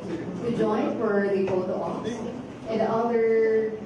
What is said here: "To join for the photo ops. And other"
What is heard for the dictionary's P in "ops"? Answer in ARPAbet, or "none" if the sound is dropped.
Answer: F